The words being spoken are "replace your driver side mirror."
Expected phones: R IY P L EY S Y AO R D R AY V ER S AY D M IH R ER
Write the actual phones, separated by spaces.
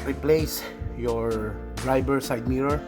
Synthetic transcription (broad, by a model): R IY P L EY S Y AO R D R AY B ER S AY D M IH R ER